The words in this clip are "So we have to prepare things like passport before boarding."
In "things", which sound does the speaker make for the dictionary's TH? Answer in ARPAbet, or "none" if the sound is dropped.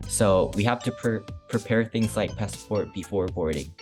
TH